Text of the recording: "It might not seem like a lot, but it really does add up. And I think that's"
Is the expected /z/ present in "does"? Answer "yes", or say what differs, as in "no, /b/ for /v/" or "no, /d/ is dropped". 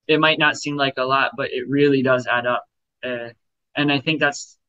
yes